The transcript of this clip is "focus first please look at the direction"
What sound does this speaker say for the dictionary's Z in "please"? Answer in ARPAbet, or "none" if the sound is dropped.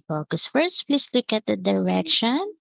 S